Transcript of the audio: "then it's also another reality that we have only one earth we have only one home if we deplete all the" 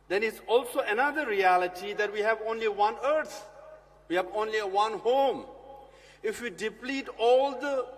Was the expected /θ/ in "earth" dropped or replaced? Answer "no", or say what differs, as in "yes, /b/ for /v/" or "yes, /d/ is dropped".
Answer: yes, /t/ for /θ/